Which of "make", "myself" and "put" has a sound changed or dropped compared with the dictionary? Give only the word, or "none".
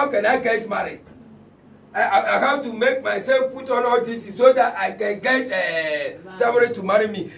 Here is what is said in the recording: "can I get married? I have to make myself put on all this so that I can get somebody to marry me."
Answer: put